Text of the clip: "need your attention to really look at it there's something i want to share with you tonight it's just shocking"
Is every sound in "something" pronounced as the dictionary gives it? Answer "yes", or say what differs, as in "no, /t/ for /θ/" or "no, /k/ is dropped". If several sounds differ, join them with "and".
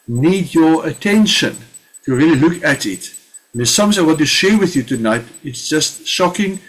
no, /s/ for /θ/